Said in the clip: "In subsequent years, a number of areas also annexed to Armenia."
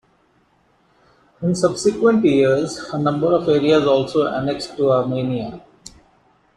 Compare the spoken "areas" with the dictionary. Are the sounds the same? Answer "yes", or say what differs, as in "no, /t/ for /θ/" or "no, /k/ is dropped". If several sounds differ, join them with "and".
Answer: yes